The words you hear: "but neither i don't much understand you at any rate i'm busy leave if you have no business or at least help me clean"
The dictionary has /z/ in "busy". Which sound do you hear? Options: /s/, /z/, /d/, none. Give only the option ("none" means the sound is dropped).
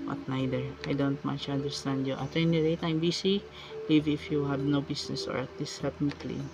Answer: /s/